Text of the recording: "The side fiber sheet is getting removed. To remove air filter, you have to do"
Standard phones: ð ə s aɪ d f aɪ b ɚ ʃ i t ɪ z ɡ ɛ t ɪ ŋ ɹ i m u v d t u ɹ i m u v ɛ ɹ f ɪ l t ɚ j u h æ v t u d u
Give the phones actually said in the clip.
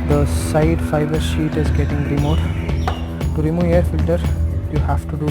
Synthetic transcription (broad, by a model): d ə s aɪ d f aɪ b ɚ ʃ i t ɪ z ɡ ɛ t ɪ ŋ ɹ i m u d t u ɹ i m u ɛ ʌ ɹ f ɪ l t ɚ j u h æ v t u d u